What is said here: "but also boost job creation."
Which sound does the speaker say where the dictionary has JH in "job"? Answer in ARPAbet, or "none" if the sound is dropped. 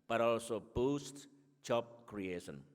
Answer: CH